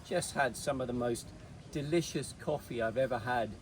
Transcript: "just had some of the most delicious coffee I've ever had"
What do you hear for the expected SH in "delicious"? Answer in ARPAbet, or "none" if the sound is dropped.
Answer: SH